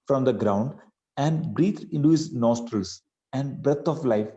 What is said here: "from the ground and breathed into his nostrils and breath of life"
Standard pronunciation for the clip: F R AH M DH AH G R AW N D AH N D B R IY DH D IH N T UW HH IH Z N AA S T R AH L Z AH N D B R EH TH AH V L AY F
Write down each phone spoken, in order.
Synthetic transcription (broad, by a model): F R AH M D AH G R AW N D AH N D B R IY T IH N T UW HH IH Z N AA S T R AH L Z AH N D B R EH T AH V L AY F